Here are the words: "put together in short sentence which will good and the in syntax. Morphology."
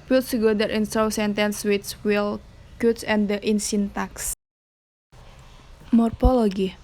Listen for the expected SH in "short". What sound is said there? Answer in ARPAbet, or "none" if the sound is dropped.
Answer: S